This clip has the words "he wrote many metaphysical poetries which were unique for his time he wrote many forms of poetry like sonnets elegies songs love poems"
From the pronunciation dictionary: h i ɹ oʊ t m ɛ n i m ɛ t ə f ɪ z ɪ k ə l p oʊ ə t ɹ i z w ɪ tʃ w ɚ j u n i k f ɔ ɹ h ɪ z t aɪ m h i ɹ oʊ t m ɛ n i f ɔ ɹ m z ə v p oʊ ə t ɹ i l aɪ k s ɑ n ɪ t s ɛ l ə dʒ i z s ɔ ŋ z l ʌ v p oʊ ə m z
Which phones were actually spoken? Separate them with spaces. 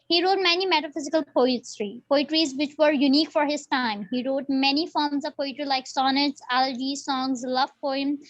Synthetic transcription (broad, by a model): h i ɹ oʊ t m ɛ n i m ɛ t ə f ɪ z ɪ k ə l p oʊ ə t ɹ i z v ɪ tʃ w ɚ j u n i k f ɔ ɹ h ɪ z t aɪ m h i ɹ oʊ t m ɛ n i f ɔ ɹ m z ə v p oʊ ə t ɹ i l aɪ k s ɑ n ɪ t s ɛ l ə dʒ i s ɔ ŋ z l ʌ v p oʊ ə m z